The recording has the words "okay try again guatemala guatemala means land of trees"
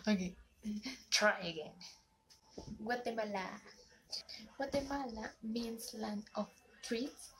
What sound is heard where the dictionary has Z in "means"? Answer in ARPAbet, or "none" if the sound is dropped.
S